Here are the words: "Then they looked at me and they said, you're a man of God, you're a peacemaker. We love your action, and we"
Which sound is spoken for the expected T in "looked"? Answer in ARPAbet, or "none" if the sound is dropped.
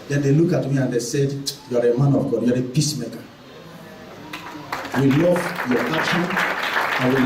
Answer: none